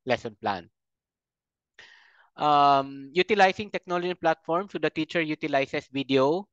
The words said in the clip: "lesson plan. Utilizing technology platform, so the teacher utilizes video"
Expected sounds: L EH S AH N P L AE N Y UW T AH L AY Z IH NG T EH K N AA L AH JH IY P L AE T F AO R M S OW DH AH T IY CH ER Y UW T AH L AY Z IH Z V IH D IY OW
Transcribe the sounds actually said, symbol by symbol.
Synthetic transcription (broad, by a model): L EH S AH N P L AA N Y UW T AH L AY S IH NG T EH K N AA L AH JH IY P L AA T F AO R M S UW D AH T IY CH ER Y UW T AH L AY S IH S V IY D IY OW